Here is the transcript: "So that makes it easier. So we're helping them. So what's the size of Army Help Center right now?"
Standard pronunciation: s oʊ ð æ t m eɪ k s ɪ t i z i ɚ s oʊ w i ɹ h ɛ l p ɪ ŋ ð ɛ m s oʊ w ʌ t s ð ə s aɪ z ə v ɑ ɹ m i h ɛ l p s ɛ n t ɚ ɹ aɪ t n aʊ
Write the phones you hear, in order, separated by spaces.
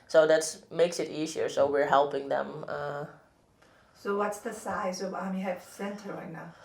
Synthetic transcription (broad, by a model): s oʊ ð æ t m eɪ k s ɪ t i z i ɚ s oʊ w i ɹ h ɛ l p ɪ ŋ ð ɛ m s oʊ w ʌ t s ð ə s aɪ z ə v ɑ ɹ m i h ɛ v s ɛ n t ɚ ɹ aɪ n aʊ